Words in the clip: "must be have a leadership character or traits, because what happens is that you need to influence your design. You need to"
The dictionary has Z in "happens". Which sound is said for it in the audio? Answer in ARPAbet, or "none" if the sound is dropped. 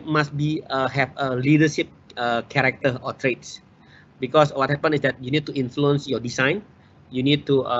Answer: none